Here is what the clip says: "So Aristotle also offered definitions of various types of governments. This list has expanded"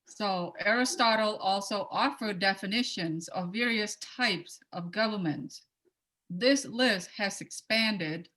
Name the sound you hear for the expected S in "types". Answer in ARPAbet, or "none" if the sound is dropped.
S